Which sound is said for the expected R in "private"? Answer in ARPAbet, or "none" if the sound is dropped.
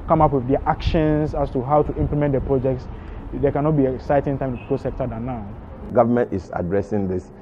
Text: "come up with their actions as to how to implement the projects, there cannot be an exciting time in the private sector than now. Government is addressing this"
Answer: none